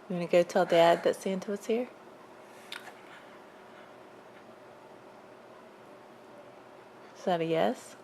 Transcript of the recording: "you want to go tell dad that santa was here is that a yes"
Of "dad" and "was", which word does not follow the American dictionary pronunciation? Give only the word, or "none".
was